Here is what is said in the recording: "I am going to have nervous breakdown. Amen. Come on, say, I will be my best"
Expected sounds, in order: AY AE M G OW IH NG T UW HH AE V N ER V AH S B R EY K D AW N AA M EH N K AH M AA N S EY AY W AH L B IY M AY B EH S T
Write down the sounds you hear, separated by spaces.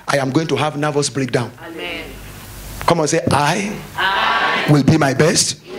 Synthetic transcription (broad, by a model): AY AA M G OW IH NG T UW HH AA V N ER V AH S B R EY K D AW AA UH N K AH M AA N S EY AY W AH L B IY M AY B EH S T